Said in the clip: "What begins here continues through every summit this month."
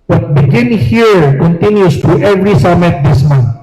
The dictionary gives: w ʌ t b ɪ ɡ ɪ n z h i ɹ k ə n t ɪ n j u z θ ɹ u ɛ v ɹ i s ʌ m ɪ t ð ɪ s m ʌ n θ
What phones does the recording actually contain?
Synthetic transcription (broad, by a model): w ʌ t b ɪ ɡ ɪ n h i ɹ k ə n t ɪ n j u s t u ɛ v ɹ i s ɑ m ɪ t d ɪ s m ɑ n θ